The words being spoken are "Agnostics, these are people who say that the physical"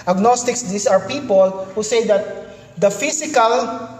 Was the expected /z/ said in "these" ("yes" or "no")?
no